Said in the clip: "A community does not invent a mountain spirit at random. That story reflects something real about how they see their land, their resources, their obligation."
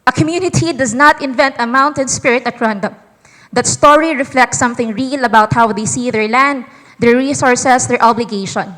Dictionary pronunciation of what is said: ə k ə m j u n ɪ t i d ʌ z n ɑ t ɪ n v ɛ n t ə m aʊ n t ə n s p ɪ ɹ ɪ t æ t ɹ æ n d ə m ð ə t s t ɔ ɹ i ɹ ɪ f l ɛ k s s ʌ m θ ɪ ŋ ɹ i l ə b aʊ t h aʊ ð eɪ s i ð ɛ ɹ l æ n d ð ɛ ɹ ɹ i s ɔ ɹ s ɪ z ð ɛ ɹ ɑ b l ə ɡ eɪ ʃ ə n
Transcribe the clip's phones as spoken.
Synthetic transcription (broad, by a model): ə k ə m j u n ɪ t i d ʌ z n ɑ t ɪ n v ɛ n t ə m aʊ n t ə n s p ɪ ɹ ɪ t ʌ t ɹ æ n d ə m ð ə t s t ɔ ɹ i ɹ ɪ f l ɛ k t s ʌ m θ ɪ ŋ ɹ i l ə b aʊ t h aʊ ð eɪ s i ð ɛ ɹ l æ n d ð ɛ ɹ ɹ i s ɔ ɹ s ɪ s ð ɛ ɹ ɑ b l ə ɡ eɪ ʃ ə n